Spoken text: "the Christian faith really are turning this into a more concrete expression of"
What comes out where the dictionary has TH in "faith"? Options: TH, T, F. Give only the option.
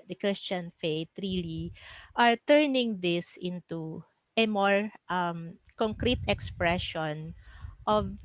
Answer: T